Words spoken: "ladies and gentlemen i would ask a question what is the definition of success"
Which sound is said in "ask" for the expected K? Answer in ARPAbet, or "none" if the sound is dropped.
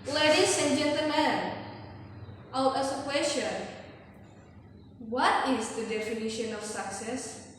none